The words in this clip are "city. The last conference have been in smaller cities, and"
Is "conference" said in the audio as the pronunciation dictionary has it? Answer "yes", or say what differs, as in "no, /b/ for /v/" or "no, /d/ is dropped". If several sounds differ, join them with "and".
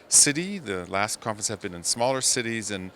no, /ɹ/ is dropped